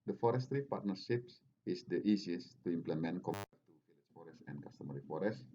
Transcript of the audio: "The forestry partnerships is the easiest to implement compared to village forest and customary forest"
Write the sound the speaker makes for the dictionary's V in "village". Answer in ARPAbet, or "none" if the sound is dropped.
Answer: F